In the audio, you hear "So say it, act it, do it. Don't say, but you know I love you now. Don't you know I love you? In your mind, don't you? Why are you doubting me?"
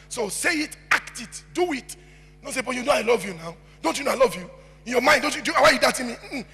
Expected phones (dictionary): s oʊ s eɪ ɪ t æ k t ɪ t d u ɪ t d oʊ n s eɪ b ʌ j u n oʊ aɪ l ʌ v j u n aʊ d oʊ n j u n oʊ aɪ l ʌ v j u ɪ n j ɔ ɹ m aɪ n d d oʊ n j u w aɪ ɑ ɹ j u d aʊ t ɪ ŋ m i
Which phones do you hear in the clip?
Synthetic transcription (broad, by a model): s oʊ s eɪ ɪ t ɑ k t ɪ t d u ɪ t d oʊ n s eɪ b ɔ j u n oʊ aɪ l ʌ v j u n aʊ d oʊ n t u n oʊ aɪ l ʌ v j u ɪ n j ɔ m aɪ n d d oʊ n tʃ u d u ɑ w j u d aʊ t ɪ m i